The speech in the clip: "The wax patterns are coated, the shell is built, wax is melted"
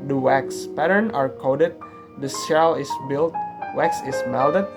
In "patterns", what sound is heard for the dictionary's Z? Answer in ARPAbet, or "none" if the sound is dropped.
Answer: none